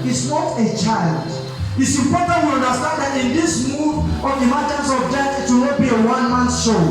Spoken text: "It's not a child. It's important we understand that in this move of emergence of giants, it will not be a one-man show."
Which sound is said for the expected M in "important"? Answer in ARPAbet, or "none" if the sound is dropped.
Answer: none